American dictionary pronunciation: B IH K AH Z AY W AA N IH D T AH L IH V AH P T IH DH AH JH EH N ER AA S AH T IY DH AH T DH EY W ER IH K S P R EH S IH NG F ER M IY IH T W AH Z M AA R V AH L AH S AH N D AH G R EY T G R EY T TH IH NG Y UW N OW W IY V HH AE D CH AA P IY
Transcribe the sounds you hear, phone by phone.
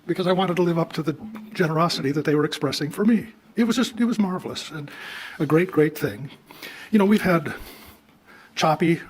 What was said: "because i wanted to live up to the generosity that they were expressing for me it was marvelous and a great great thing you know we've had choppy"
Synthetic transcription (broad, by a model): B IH K AH Z AY W AA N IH D T AH L IH V AH P T IH DH AH JH EH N ER AA S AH T IY DH AH T DH EY W ER IH K S P R EH S IH NG F ER M IY IH T W AH Z M AA R V L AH S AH N AH G R EY T G R EY T TH IH NG Y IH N OW W IY V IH D CH AA P IY